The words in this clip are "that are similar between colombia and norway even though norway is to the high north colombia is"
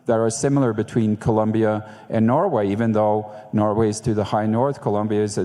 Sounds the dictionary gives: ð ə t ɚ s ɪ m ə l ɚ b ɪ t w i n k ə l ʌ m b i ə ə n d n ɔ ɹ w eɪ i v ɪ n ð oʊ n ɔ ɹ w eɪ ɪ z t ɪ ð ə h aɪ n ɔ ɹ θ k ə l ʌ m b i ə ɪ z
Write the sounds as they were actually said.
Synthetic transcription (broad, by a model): ð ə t ɚ s ɪ m l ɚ b ɪ t w i n k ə l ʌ m b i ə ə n n ɔ ɹ w eɪ i v ɪ n ð oʊ n ɔ ɹ w eɪ ɪ z t ɪ ð ə h aɪ n ɔ ɹ θ k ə l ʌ m b i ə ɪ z